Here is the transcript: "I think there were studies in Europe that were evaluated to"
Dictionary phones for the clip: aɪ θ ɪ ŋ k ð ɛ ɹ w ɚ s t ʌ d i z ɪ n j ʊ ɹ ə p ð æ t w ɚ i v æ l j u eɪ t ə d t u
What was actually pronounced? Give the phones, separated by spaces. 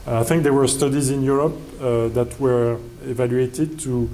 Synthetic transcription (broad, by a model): aɪ θ ɪ ŋ k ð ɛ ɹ w ɚ s t ʌ d i z ɪ n j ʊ ɹ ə p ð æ t w ɚ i v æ l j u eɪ t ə d t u